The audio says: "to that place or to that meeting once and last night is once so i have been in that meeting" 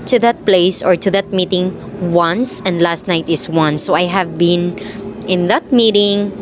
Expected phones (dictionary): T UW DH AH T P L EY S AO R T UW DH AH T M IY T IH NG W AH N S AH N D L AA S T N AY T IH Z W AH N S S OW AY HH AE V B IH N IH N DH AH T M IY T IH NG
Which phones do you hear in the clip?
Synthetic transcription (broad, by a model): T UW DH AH T P L EY S AO R T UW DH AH T M IY T IH NG W AH N S AH N D L AA S T N AY T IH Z W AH N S S OW AY HH AE V B IH N IH N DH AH T M IY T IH NG